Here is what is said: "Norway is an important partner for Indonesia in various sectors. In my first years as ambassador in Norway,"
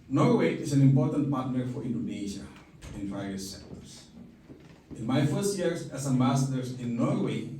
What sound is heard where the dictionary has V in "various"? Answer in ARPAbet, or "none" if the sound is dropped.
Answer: P